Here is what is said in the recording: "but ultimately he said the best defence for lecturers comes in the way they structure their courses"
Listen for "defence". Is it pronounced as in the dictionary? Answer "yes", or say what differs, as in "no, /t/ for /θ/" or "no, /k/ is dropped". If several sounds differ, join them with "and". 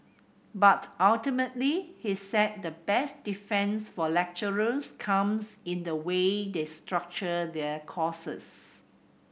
yes